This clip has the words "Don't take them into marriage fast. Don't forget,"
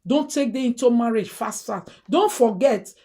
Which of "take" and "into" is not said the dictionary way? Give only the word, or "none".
none